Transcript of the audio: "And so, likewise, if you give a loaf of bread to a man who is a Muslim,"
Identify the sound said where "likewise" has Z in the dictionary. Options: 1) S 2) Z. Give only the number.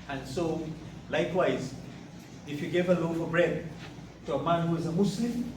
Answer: 2